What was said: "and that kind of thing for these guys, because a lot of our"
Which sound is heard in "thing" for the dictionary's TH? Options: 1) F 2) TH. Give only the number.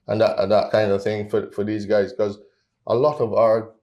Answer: 2